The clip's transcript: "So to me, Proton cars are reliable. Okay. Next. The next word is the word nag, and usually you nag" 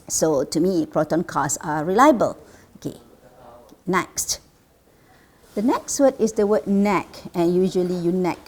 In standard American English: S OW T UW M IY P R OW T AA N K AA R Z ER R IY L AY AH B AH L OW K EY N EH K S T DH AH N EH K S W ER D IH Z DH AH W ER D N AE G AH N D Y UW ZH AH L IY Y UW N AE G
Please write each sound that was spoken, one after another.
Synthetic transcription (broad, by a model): S OW T UW M IY P R OW T AA N K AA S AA R IY L AY AH B AH L OW K EY N EH K S T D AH N EH K S W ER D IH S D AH W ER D N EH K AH N Y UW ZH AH L IY Y UW N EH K